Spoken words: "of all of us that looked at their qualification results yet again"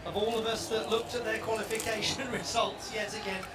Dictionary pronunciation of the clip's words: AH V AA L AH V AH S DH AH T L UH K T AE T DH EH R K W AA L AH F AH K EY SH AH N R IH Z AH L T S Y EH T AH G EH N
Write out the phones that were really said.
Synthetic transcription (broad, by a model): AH V AA L AH V AH S DH AH T L UH K T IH T DH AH R K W AA L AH F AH K EY SH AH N R IH Z AH L T S Y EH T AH G EH N